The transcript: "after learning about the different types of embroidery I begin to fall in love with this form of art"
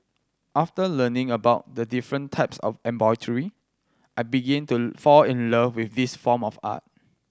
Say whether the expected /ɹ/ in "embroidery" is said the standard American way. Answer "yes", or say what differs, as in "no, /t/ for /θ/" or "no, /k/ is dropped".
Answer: no, /ɹ/ is dropped